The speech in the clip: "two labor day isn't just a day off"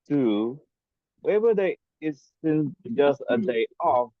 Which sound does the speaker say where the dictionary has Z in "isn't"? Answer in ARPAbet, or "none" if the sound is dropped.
S